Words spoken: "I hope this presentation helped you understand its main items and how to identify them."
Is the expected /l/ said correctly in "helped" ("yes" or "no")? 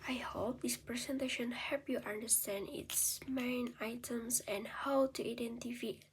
no